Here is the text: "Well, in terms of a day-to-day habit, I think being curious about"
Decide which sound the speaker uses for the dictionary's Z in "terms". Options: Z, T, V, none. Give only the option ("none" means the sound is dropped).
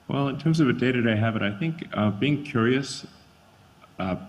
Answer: Z